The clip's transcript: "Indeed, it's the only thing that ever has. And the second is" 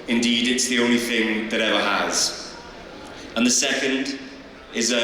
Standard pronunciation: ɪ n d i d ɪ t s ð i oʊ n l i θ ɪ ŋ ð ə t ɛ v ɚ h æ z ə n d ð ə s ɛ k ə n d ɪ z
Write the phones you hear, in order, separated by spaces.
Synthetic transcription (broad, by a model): ɪ n d i d ɪ t s ð i oʊ n l i θ ɪ ŋ ð ə t ɛ v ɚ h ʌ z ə n ð ə s ɛ k ə n d ɪ z